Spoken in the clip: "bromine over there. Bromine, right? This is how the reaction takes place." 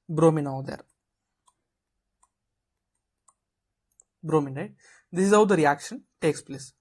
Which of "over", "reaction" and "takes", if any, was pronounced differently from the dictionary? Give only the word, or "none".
over